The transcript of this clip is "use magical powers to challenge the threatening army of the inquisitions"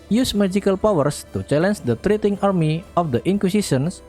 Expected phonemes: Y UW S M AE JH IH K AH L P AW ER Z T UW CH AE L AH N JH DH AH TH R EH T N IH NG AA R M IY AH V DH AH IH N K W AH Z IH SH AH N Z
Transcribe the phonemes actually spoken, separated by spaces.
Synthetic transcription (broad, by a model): Y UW S M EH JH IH K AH L P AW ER S T UW CH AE L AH N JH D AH T R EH T IH NG AA R M IY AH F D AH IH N K W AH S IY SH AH N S